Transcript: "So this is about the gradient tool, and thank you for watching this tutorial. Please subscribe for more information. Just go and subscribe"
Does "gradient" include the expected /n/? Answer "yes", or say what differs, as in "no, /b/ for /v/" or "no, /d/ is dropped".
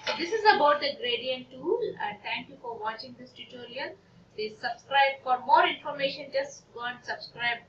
yes